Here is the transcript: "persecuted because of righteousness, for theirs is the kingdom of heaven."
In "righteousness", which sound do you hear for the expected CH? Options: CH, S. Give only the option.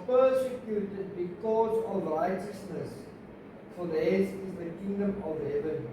CH